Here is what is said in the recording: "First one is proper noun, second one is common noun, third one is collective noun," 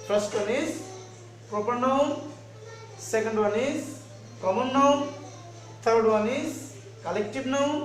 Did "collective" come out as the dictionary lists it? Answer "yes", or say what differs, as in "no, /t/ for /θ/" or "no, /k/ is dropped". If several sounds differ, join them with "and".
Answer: no, /b/ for /v/